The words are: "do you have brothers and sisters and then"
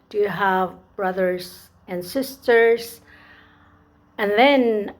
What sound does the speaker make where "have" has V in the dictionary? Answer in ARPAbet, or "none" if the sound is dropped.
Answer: V